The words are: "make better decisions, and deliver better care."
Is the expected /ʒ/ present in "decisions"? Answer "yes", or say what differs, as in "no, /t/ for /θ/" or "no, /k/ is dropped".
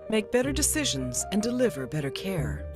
yes